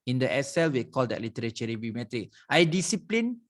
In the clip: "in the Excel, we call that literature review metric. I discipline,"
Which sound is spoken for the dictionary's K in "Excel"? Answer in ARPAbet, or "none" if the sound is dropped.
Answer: none